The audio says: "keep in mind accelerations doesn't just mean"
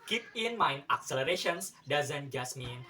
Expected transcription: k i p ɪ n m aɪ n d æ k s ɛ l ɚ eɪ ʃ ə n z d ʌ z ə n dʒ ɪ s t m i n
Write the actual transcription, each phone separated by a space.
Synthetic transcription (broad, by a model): k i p ɪ n m aɪ n æ k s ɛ l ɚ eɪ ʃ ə n s d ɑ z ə n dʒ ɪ s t m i n